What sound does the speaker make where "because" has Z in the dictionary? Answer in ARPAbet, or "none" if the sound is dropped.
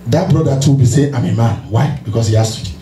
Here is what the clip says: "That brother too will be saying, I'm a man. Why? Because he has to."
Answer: S